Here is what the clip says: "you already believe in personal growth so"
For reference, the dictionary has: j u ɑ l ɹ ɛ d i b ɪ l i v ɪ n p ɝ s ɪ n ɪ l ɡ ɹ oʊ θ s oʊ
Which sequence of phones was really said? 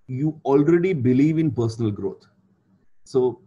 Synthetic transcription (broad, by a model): j u ɑ l ɹ ɛ d i b ɪ l i v ɪ n p ɝ s ɪ n ɪ l ɡ ɹ oʊ t s oʊ